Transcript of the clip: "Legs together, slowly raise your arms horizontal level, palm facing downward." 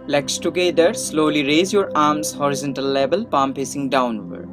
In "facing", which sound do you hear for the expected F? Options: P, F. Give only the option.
P